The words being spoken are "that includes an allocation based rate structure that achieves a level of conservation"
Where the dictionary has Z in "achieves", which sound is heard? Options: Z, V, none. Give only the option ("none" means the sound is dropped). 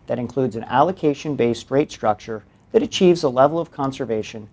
Z